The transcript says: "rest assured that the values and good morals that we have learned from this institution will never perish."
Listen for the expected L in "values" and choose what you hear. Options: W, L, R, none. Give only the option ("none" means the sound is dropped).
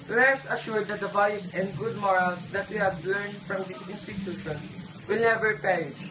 none